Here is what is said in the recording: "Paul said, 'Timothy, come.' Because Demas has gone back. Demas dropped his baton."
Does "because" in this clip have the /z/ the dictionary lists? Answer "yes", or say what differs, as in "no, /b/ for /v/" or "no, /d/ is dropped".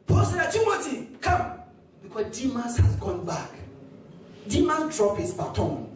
no, /z/ is dropped